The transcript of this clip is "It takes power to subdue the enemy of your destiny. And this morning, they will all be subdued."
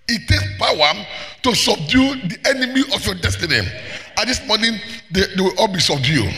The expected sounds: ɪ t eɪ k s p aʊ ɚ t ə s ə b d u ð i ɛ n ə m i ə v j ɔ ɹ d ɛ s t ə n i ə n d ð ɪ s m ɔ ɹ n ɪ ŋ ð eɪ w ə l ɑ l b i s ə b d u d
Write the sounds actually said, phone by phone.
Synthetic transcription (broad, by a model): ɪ t eɪ k s p aʊ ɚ t ə s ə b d u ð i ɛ n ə m i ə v j ɔ d ɛ s t ə n i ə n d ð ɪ s m ɔ n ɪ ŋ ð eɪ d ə w ɑ l b i s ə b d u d